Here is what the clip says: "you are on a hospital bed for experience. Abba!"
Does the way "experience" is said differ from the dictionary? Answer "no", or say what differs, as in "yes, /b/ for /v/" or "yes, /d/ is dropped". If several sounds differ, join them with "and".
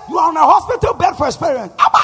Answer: yes, /k/ is dropped